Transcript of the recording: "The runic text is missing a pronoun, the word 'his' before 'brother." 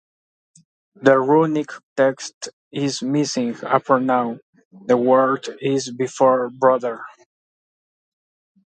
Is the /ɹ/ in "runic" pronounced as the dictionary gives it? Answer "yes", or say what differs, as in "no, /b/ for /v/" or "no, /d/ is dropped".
yes